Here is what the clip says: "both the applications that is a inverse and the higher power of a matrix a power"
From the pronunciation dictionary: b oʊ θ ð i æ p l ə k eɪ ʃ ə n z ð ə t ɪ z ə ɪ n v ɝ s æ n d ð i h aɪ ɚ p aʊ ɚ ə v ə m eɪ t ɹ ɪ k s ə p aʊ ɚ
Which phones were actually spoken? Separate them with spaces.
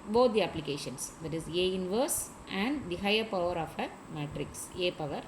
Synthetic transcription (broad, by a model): b oʊ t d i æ p l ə k eɪ ʃ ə n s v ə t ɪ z ə ɪ n v ɝ s æ n d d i h aɪ ɚ p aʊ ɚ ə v ə m eɪ t ɹ ɪ k s ə p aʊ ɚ